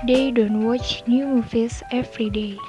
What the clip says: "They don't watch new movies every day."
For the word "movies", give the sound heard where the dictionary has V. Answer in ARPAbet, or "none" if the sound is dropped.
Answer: F